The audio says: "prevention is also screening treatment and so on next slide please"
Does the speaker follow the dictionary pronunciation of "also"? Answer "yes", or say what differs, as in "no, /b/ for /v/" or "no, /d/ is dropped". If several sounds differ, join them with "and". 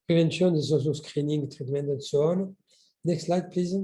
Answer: no, /l/ is dropped